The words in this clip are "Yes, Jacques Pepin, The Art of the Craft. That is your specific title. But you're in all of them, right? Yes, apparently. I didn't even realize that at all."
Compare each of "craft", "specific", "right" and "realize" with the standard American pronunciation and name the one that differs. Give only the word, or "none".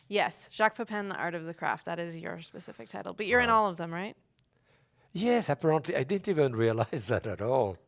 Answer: none